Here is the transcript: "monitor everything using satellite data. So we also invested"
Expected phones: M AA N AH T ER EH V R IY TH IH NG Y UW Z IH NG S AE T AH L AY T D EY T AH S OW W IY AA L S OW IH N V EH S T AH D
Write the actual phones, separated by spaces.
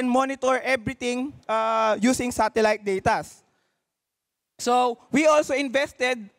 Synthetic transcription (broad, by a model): M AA N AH T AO EH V R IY T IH NG Y UW S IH NG S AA T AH L AY T D EY T AH S OW W IY AA L S OW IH N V EH S T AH D